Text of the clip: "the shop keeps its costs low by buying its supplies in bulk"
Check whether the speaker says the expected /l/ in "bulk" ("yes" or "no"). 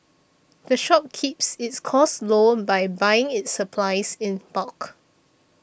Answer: no